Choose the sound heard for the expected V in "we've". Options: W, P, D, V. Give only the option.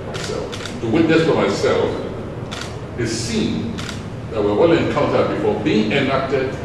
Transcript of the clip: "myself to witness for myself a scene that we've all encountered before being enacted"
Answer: W